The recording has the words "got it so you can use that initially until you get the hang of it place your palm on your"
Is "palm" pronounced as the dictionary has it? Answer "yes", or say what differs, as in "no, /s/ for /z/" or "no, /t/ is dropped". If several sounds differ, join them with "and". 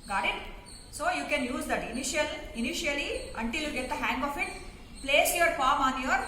no, /f/ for /p/